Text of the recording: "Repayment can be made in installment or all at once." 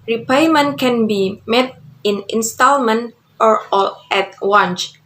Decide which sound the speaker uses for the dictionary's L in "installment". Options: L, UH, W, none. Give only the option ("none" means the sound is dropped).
L